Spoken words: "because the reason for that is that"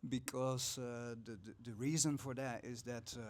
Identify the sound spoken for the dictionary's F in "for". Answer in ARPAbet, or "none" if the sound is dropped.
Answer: F